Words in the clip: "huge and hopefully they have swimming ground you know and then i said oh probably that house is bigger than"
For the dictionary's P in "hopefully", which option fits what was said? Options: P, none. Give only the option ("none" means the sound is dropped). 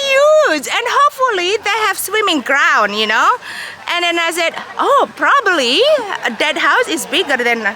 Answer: P